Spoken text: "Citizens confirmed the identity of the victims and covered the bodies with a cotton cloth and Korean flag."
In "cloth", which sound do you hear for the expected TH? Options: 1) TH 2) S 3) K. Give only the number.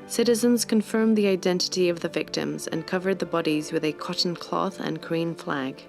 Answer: 1